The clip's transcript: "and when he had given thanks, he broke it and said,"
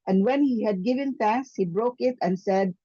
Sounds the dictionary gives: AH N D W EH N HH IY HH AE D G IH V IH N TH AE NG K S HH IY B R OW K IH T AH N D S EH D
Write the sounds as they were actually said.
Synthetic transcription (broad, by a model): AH N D W EH N HH IY HH AE D G IH V IH N T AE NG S HH IY B R OW K IH T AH N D S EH D